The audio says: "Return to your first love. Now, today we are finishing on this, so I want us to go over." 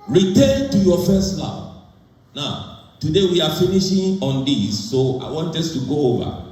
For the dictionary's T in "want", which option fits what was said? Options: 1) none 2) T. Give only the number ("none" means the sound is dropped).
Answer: 2